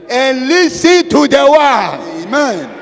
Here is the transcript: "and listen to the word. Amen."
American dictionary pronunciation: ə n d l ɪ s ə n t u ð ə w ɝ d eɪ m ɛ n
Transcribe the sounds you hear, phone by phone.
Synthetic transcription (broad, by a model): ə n l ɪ s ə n t u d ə w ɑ eɪ m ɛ n